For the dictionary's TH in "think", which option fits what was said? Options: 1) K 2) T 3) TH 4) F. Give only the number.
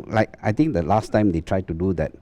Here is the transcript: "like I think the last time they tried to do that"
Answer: 2